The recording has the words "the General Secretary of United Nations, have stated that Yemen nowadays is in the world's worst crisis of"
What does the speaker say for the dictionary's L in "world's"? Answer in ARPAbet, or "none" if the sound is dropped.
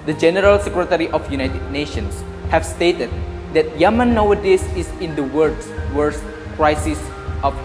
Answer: none